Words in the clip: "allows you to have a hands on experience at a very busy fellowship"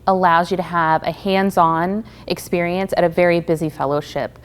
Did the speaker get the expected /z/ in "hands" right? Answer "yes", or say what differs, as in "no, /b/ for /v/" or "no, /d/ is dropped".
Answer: yes